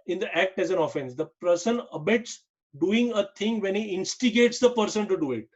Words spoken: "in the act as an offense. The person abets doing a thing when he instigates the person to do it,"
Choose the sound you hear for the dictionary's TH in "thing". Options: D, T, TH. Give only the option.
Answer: T